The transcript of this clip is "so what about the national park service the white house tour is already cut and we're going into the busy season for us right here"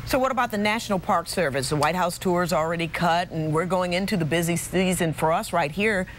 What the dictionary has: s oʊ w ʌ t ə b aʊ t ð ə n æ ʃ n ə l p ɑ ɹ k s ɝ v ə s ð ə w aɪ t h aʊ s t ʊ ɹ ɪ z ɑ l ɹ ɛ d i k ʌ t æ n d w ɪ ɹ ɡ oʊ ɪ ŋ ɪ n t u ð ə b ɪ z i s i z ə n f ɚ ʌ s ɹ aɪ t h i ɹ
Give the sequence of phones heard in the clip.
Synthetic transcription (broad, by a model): s oʊ w ʌ t ə b aʊ t ð ə n æ ʃ n l p ɑ ɹ k s ɝ v ə s ð ə w aɪ t h aʊ s t ʊ ɹ z l ɹ ɛ d i k ʌ t n w ɪ ɹ ɡ oʊ ɪ ŋ ɪ n t u ð ə b ɪ z i s i z ə n f ɚ ʌ s ɹ aɪ t h i ɹ